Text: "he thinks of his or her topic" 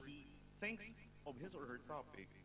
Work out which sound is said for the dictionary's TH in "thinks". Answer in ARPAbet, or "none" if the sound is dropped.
TH